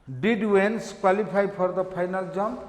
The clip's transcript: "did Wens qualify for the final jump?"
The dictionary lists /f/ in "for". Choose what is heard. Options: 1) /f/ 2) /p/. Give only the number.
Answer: 2